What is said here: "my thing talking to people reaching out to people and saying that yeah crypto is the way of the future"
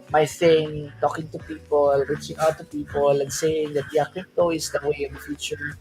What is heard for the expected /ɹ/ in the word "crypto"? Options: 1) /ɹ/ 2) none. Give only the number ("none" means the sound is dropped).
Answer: 2